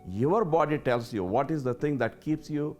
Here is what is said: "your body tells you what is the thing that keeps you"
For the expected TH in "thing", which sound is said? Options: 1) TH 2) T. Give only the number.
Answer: 2